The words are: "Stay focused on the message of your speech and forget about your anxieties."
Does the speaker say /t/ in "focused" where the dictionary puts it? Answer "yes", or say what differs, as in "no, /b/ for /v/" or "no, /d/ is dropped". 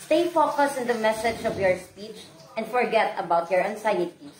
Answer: no, /t/ is dropped